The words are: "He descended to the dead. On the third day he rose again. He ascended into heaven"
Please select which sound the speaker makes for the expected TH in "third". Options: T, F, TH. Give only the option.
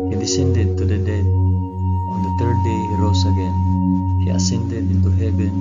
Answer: T